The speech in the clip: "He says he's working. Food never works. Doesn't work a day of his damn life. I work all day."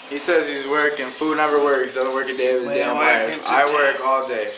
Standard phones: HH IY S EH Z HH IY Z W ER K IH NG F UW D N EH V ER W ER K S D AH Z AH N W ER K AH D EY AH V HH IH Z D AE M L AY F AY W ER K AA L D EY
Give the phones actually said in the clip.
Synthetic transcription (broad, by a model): HH IY S EH Z HH IY Z W ER K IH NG F UW D N EH V ER W ER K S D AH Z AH N W ER K AH D EY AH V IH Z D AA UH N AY AY W ER K AA L D EY